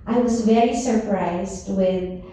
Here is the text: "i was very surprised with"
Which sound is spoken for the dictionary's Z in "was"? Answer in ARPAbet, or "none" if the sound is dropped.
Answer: Z